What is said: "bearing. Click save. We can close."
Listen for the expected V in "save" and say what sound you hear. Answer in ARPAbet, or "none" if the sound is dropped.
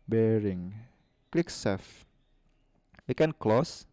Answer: F